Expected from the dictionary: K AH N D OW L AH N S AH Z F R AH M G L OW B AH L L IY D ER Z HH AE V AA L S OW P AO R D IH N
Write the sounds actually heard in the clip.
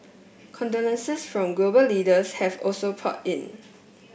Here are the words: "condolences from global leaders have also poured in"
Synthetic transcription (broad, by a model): K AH N D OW N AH N S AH S F R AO M G L OW B AH L L IY D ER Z HH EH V AA L S OW P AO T IH N